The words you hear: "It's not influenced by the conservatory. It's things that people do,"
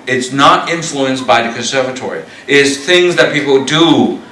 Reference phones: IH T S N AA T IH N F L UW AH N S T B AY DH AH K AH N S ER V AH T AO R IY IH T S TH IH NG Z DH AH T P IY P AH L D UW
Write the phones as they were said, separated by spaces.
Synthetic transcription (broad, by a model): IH T S N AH T IH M F L UW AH N S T B AY DH AH K AH N S ER V AH T AO R IY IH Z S TH IH NG Z DH AH T P IY P L D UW